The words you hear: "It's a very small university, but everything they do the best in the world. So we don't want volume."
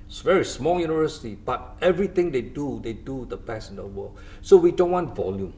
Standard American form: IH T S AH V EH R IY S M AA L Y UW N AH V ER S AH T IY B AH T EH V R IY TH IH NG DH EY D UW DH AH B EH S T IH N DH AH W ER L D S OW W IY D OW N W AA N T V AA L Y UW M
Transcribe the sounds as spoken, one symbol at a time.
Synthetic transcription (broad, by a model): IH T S V EH R IY S M AA L Y UW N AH V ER S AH T IY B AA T EH V R IY T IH NG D EY D UW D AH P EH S IH N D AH W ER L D S OW W IY D OW N W AA N T V AA L Y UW M